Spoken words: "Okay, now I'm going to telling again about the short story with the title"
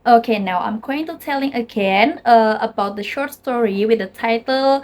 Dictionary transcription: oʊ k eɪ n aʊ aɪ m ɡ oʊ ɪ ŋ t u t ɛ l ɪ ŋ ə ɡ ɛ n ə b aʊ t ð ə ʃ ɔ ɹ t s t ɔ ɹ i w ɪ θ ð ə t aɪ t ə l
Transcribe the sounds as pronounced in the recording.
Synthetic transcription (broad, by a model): oʊ k eɪ n aʊ aɪ m ɡ oʊ ɪ ŋ t u t ɛ l ɪ ŋ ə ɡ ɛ n ə b aʊ t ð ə ʃ ɔ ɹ t s t ɔ ɹ i w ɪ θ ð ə t aɪ t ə l